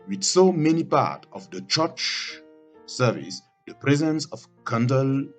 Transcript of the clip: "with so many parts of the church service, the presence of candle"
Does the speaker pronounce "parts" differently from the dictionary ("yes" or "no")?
yes